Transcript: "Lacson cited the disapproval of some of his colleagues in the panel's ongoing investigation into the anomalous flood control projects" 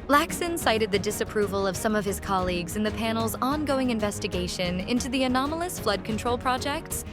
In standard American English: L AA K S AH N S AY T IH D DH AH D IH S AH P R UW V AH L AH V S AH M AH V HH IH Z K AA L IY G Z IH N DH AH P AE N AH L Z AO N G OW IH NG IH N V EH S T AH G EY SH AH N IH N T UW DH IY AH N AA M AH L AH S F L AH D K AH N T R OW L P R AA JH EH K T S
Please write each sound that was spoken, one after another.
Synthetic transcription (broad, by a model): L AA K S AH N S AY T IH D DH AH D IH S AH P R UW V AH L AH V S AH M AH V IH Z K AA L IY G Z IH N DH AH P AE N L Z AO N G OW IH NG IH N V EH S T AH G EY SH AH N IH N T UW DH IY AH N AA M L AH S F L AH D K AH N T R OW L P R AA JH EH K T S